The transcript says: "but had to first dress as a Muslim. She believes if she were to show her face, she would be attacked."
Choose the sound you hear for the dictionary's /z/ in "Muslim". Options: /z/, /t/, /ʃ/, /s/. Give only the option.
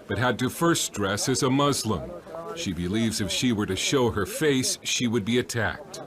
/z/